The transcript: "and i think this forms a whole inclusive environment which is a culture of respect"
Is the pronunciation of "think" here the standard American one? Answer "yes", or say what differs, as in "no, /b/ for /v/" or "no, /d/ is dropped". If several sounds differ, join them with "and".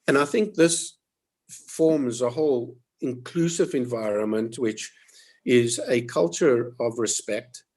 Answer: yes